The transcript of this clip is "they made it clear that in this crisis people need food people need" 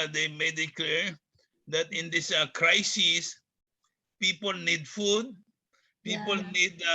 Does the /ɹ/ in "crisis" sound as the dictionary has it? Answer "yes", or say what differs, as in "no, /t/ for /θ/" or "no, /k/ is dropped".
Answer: yes